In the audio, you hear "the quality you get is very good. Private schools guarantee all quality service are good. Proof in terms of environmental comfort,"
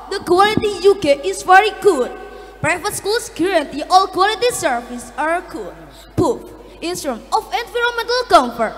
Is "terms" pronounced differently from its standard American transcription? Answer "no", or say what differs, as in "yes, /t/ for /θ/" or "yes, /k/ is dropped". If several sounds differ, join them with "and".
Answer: yes, /s/ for /t/